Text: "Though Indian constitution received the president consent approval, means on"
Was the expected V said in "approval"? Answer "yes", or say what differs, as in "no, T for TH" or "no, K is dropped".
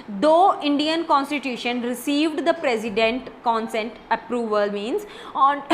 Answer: yes